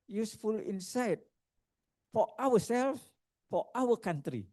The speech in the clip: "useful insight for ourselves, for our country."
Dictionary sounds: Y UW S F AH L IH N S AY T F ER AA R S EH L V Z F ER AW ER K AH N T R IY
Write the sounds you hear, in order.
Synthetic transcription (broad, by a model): Y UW S F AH L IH N S AY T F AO AA W S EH L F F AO AW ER K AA N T R IY